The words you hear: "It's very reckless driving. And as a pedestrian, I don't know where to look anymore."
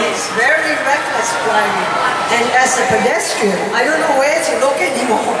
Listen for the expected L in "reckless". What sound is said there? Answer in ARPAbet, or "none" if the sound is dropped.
L